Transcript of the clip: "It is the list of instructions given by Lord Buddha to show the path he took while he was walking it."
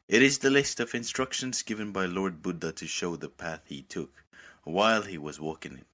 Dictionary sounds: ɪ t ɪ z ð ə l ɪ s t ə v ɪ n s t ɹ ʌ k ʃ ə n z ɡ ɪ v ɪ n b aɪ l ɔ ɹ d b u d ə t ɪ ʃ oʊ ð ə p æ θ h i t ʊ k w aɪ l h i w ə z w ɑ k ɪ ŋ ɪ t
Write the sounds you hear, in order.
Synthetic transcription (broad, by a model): ɪ t ɪ z ð ə l ɪ s t ə v ɪ n s t ɹ ʌ k ʃ ə n z ɡ ɪ v ɪ n b aɪ l ɔ ɹ d b u d ə t ɪ ʃ oʊ ð ə p æ θ h i t ʊ k w aɪ l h i w ə z w ɑ k ɪ ŋ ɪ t